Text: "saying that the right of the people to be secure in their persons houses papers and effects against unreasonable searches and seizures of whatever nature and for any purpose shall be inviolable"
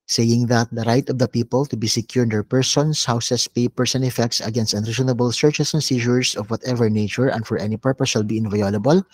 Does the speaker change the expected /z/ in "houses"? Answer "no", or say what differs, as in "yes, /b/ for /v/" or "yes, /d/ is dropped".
yes, /s/ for /z/